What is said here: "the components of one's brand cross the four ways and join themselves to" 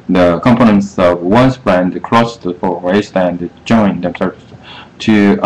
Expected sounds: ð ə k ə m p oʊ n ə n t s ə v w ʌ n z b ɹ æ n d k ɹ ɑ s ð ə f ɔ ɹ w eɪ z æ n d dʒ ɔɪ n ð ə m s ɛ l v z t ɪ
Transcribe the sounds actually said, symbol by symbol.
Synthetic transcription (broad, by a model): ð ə k ə m p oʊ n ə n t s ə v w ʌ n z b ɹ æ n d k ɹ ɑ s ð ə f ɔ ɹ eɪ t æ n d dʒ ɔɪ n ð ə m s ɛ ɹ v s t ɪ